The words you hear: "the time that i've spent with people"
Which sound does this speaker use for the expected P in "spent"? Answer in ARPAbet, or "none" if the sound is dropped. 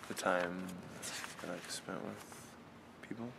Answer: P